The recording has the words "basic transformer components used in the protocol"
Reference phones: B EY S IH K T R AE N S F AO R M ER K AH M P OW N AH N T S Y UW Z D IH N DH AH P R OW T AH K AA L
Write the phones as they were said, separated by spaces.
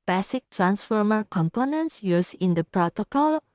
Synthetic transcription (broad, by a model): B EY S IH K T R AE N S F AO R M ER K AH M P OW N AH N T S Y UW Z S IH N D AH P R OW T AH K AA L